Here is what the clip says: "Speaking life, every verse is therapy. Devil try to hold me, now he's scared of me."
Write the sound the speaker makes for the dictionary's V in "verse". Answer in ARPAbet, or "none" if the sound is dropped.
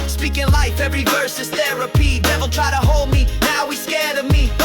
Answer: V